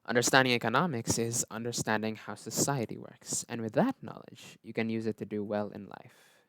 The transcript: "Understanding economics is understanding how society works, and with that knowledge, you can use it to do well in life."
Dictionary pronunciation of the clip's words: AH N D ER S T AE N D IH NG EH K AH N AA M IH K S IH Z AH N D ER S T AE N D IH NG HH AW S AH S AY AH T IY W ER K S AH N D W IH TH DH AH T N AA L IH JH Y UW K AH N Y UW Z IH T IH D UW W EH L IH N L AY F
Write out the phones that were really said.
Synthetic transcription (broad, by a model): AH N D ER S T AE N D IH NG EH K AH N AA M IH K S IH Z AH N D ER S T AE N D IH NG HH AW S AH S AY AH T IY W ER K S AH N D W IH DH AH T N AA L IH JH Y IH K AH N Y UW Z IH T IH D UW W EH L IH N L AY F